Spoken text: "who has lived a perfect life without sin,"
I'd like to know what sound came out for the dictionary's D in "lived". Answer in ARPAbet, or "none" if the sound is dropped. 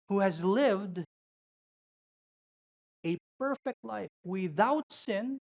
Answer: D